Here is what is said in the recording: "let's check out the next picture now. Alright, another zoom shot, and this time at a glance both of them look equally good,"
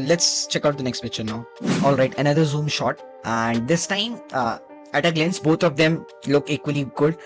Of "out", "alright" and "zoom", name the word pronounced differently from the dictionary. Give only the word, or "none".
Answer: none